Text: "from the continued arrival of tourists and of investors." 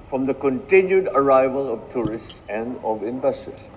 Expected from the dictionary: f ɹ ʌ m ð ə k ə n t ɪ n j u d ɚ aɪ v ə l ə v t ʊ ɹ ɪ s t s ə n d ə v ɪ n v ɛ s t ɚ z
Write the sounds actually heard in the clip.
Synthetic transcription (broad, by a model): f ɹ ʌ m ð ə k ə n t ɪ n j u d ɚ aɪ v ə l ə v t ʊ ɹ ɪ s t s ə n d ə v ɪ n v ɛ s t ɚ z